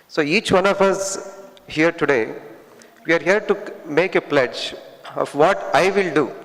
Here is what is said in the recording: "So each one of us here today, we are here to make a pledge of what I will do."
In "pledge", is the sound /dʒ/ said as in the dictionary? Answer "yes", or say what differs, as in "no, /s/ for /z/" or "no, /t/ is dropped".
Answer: yes